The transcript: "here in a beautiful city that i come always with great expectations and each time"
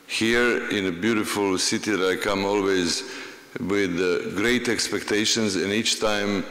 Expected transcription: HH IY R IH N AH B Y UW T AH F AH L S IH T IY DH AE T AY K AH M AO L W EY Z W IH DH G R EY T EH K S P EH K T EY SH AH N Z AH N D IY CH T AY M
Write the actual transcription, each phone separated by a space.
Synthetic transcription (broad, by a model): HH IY R IH N AH B Y UW T AH F AH L S IH T IY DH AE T AY K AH M AO L W EY Z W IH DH G R EY T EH K S P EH K T EY SH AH N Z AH N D IY CH T AY M